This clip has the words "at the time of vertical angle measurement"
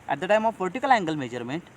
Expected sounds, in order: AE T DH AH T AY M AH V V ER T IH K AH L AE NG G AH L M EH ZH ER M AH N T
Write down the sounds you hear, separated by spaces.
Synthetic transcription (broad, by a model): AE T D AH T AY M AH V P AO T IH K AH L AE NG G AH L M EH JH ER M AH N T